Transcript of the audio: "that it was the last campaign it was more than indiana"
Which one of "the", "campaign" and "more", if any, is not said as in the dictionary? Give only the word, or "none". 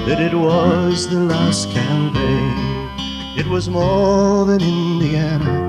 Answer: campaign